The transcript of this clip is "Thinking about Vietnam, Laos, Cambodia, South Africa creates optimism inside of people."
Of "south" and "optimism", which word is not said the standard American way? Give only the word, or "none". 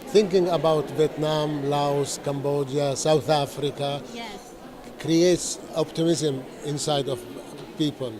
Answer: none